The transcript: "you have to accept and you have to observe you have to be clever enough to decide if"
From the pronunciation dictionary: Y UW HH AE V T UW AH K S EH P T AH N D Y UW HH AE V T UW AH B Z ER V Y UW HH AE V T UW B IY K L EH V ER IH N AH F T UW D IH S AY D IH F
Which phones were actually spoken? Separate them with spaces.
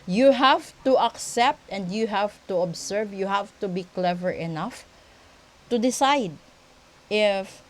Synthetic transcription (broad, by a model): Y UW HH AE V T UW AH K S EH P T AH N D Y UW HH AE V T UW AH B S ER V Y UW HH AE V T UW B IY K L EH V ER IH N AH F T UW D IH S AY D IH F